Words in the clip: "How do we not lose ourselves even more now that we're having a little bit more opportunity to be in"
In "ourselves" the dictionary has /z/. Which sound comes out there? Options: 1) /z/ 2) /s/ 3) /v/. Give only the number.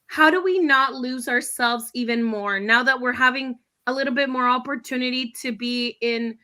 1